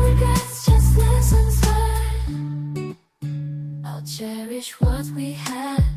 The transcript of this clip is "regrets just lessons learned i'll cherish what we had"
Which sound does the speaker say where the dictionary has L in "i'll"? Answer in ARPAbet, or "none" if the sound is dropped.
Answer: L